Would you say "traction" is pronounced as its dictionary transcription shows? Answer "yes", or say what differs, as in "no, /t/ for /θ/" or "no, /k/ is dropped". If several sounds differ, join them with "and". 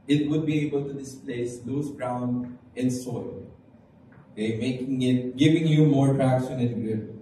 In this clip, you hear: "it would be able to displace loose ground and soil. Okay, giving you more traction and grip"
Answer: no, /s/ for /ʃ/